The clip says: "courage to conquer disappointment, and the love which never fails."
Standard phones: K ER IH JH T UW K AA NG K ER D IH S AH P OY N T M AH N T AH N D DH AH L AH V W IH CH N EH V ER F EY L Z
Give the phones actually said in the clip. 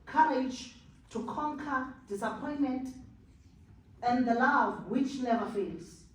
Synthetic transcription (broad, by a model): K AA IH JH T UW K AA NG K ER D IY S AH P OY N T M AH N T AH N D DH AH L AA V W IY CH L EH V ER F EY L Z